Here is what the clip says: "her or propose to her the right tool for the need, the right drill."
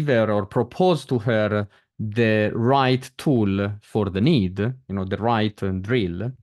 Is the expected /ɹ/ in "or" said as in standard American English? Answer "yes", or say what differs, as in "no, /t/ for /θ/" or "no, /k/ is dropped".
yes